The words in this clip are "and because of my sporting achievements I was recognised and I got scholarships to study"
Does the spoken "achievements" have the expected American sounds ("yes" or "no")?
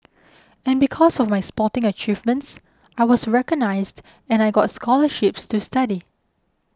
yes